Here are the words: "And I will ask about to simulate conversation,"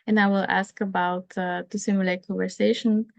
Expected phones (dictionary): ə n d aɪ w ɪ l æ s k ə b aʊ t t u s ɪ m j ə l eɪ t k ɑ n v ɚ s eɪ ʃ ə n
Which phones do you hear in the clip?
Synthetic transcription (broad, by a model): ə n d aɪ w ɪ l æ s k ə b aʊ t t u s ɪ m j ə l eɪ t k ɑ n v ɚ s eɪ ʃ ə n